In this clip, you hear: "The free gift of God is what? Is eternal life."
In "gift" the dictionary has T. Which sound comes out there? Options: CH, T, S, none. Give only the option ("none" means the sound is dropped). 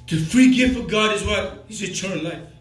none